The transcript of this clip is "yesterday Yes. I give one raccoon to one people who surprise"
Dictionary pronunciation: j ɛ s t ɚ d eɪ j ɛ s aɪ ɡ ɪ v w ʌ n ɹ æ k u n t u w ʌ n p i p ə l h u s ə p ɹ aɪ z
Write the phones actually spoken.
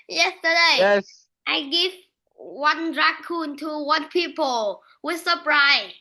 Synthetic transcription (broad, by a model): j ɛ s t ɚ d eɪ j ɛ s aɪ ɡ ɪ v w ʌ n ɹ æ k u n t u w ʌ n p i p ə l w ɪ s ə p ɹ aɪ